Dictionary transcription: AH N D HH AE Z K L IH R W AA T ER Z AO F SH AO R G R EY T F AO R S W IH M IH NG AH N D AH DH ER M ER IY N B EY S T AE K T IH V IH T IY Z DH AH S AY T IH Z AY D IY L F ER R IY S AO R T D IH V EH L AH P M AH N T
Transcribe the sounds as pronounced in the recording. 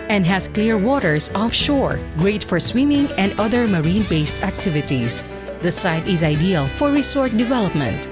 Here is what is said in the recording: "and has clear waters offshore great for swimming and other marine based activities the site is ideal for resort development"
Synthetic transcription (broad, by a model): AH N D HH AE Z K L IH R W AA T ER S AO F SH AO R G R EY T F AO R S W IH M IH NG AH N D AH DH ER M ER IY N B EY S T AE K T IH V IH T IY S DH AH S AY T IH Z AY D IY L F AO R IY S AO R T D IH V EH L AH P M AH N T